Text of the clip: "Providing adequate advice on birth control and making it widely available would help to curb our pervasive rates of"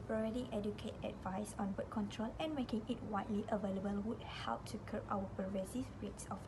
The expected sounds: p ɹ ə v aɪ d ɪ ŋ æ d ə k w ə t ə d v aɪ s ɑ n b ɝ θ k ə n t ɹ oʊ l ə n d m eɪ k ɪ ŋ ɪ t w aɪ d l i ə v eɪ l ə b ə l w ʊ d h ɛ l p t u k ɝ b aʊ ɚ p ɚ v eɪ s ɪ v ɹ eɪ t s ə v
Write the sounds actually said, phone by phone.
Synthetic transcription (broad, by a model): p ɹ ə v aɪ d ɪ ŋ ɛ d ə k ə t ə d v aɪ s ɑ n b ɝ t k ə n t ɹ oʊ l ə n m eɪ k ɪ ŋ ɪ t w aɪ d l i ə v eɪ l ə b ə l w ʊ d h ɛ l p t u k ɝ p aʊ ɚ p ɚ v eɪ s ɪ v ɹ eɪ t s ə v